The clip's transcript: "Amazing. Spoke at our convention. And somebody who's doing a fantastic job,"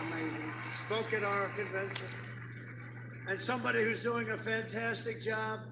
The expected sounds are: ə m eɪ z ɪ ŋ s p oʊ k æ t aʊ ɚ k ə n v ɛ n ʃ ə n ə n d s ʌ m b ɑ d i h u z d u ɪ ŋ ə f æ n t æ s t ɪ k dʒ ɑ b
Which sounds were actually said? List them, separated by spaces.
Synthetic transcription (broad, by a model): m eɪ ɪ s p oʊ k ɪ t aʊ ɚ k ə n v ɛ n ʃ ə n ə n s ʌ m b ɑ d i h u z d u ɪ ŋ ə f æ n t æ s t ɪ k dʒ ɑ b